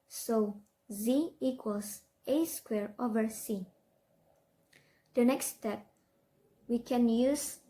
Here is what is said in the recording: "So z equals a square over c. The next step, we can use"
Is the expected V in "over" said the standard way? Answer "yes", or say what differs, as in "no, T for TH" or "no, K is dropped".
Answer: yes